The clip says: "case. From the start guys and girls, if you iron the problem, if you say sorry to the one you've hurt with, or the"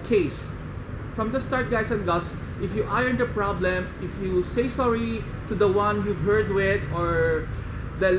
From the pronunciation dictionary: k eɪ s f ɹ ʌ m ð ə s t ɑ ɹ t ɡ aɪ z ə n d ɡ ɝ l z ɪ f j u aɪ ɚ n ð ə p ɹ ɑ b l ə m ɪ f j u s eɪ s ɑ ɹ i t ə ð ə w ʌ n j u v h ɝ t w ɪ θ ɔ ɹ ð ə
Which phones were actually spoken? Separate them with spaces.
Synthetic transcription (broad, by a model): k eɪ s f ɹ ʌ m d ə s t ɑ ɹ t ɡ aɪ s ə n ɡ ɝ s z ɪ f j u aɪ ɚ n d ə p ɹ ɑ b l ə m ɪ f j u s eɪ s ɑ ɹ i t ə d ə w ʌ n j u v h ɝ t w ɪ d ɔ ɹ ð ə